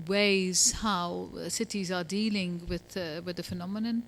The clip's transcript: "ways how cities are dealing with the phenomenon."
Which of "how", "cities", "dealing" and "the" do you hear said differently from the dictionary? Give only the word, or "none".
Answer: none